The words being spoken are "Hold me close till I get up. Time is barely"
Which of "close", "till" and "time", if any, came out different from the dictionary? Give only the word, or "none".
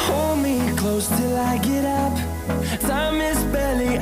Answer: time